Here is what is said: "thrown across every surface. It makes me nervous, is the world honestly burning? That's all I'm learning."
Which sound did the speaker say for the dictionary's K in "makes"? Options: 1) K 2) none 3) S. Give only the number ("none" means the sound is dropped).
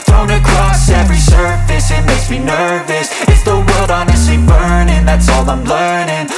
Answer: 2